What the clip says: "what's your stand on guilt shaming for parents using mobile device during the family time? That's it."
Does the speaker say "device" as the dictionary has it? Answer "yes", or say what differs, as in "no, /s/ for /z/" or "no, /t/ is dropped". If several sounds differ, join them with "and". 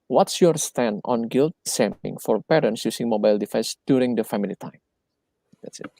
no, /f/ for /v/